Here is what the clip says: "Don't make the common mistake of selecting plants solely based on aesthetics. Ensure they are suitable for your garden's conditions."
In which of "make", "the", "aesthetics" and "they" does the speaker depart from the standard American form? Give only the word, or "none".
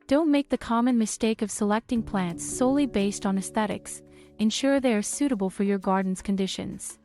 none